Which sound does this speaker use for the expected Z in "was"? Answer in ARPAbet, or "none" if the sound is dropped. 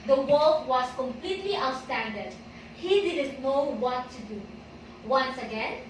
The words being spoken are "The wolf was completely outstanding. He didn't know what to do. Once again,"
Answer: S